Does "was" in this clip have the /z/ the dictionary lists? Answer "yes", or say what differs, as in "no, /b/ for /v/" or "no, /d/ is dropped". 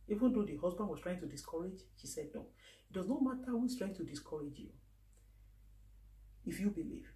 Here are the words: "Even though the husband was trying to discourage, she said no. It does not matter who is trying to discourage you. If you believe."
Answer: no, /s/ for /z/